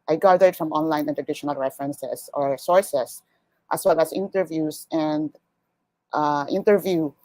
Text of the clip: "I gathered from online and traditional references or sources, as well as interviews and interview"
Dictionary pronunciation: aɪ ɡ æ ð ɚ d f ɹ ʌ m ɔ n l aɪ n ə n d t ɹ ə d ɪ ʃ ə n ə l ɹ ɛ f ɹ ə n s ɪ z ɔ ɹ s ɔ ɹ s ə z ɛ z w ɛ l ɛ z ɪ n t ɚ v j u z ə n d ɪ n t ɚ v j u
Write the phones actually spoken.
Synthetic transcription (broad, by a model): aɪ ɡ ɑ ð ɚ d f ɹ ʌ m ɔ n l aɪ n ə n t ɹ ə d ɪ ʃ ə n ə l ɹ ɛ f ɹ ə n s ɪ s ɔ ɹ s ɔ ɹ s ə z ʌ s w ɛ l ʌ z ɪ n t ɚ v j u s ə n d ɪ n t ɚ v j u